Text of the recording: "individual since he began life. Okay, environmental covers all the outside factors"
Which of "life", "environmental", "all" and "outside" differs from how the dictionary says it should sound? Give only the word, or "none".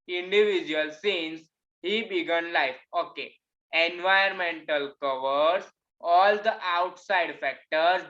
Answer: environmental